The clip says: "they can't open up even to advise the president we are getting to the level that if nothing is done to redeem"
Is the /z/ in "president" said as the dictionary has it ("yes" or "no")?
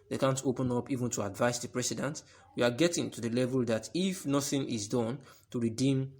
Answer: no